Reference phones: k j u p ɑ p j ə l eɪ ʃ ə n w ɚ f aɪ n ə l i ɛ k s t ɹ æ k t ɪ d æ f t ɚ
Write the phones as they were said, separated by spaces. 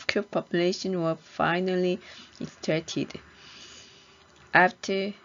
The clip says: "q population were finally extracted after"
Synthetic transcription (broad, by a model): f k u p ɑ p j ə l eɪ ʃ ə n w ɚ f aɪ n ə l i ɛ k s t æ t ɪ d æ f t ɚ